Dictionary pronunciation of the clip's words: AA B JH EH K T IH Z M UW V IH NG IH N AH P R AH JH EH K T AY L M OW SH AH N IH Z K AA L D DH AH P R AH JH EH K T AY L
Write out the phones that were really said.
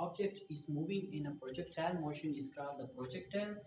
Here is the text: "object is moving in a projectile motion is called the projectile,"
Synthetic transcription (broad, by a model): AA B JH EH K T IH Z M UW V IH NG IH N AH P R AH JH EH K T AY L M OW SH AH N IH S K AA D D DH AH P R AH JH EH K T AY